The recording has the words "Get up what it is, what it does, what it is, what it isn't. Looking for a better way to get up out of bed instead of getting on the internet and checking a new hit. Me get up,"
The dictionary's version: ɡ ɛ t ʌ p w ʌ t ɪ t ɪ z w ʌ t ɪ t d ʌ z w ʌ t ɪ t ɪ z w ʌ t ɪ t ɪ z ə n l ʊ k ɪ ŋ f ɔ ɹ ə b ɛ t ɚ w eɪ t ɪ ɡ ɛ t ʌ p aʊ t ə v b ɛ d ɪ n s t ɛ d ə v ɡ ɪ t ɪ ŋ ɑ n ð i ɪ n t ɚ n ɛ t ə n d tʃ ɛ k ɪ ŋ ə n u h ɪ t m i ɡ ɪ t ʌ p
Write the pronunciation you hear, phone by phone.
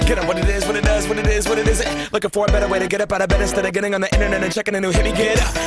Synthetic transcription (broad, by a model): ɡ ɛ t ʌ w ʌ t ɪ t ɪ z w ʌ t ɪ t d ʌ z w ʌ t ɪ t ɪ z w ʌ t ɪ t ɪ z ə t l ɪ k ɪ f ɔ ɹ b ɛ t ɚ w eɪ t ɪ ɡ ɛ t ʌ p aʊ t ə b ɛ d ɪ s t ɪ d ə ɡ ɪ t ɪ ŋ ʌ n ð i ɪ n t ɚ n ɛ t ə n tʃ ɛ k ɪ ŋ ə n u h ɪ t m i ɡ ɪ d